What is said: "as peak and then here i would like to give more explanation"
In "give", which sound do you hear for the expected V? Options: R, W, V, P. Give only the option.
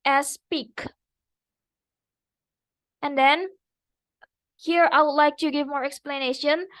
V